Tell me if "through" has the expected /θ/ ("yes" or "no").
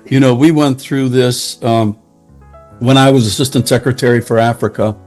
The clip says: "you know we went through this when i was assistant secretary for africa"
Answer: yes